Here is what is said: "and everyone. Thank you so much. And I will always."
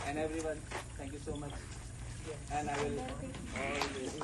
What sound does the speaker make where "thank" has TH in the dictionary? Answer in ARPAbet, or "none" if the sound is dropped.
T